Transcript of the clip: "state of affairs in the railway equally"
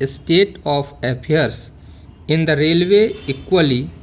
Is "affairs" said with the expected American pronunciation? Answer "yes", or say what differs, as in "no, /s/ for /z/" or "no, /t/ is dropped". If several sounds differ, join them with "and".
no, /p/ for /f/